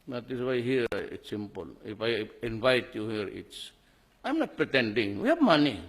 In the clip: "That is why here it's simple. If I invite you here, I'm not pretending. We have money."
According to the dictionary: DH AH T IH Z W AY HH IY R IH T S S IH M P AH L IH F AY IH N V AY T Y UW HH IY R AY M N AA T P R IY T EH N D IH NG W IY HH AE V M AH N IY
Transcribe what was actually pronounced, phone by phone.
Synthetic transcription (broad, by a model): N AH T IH S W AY HH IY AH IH T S S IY M P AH L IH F AY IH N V AY T Y UW HH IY R AY M N AA T P R IY T EH N D IH NG W IY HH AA B M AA N IY